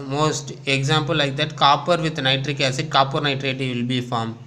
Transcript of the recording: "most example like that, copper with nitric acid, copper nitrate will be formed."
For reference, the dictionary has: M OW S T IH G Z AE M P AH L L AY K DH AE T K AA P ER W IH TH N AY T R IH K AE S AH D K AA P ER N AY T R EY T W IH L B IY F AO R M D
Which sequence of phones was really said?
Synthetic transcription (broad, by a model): M OW S T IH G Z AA M P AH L L AY K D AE T K AA P ER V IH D N AY T R IH K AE S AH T K AA P ER N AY T R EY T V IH L B IY F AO R M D